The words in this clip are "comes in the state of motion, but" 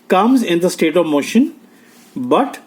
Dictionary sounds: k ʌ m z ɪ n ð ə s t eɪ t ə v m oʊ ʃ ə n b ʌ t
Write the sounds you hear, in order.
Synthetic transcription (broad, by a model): k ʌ m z ɪ n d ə s t eɪ t ə v m oʊ ʃ ə n b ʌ t